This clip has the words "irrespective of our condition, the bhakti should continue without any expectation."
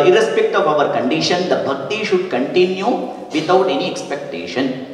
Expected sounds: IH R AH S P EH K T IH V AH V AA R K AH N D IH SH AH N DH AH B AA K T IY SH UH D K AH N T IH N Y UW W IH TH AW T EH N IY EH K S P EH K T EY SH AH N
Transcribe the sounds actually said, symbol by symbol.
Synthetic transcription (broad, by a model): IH R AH S P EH K T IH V AH V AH R K AH N D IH SH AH N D AH B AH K T IY SH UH D K AH N T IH N Y UW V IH T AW T EH N IY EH K S P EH K T EY SH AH N